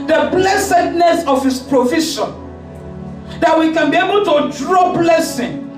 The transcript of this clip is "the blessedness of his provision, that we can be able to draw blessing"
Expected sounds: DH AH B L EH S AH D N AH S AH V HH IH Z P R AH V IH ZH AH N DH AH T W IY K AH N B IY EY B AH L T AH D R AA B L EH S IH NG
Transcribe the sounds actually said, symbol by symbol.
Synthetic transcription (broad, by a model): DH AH B L EH S AH D N AH S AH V HH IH S P R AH F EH SH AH N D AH T W IY K AH N B IY EY B AH L T AH D R AA B L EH S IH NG